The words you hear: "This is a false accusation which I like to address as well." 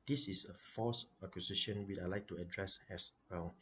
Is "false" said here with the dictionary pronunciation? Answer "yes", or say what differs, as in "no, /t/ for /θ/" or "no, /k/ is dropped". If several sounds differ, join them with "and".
no, /l/ is dropped